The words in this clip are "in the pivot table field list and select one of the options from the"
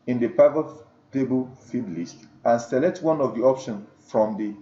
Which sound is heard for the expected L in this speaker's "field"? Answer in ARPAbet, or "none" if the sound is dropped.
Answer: none